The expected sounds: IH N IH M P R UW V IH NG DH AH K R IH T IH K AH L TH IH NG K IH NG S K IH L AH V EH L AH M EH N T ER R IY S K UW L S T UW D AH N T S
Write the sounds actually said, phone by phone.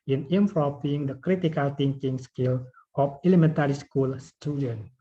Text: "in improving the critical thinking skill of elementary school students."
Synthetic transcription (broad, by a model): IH N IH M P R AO P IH NG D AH K R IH T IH K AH L T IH NG K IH NG S K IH L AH F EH L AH M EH N T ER R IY S K UW L S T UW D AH N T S